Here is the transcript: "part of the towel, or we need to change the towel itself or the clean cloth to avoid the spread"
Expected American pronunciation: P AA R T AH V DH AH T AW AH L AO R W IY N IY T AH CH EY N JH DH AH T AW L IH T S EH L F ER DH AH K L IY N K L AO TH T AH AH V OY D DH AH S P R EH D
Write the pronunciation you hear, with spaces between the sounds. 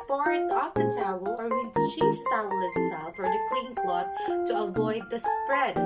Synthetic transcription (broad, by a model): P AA R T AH F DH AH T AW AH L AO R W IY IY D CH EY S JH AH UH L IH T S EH L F ER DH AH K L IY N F L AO T T AH AH V OY D DH AH S P R EH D